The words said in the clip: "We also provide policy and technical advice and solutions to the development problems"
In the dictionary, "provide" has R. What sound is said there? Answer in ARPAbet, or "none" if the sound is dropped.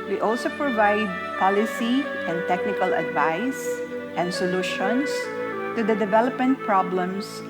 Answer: R